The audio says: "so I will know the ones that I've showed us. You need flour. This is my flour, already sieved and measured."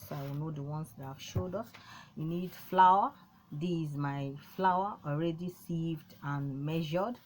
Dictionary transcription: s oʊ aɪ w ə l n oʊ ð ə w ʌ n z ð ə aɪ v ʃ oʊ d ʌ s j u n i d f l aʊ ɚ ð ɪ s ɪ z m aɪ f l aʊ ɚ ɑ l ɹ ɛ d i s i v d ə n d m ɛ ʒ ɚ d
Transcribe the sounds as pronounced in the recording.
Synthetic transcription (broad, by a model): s aɪ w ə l n oʊ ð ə w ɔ n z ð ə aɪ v ʃ oʊ d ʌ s j u n i d f l aʊ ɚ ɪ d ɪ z m aɪ f l aʊ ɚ ɑ l ɹ ɛ d i s i v d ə n m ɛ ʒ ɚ d